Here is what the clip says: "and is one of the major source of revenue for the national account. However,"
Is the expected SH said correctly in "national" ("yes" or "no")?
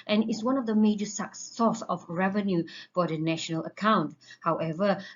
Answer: yes